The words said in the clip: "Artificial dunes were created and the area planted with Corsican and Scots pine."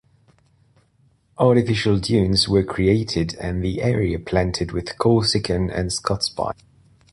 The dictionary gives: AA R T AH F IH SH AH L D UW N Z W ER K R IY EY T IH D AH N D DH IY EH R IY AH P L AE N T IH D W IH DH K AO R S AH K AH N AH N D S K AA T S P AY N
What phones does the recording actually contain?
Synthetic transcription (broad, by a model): AA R T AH F IH SH AH L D UW N Z W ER K R IY EY T IH D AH N DH IY EH R IY AH P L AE N T IH D W IH DH K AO L S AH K AH N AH N S K AA T S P AY